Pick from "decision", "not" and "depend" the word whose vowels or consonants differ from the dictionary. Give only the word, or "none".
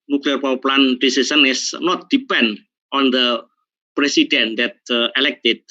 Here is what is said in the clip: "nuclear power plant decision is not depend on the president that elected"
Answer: decision